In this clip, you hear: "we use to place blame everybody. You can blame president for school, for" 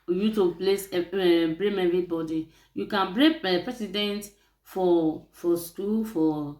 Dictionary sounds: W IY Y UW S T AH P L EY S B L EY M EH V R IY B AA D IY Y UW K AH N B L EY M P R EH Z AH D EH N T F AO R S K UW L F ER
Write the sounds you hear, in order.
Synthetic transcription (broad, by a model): Y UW T AH P L EY S B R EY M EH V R IY B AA D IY Y UW K AH N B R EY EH P R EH S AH D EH N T F AO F S K UW L F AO